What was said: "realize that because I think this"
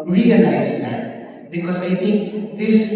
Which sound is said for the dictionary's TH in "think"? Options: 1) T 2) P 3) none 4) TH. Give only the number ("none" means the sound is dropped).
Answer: 1